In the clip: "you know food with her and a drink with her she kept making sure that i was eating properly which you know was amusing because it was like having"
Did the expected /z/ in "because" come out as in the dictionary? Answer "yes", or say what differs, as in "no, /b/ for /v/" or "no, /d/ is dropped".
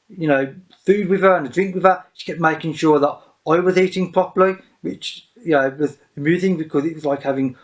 yes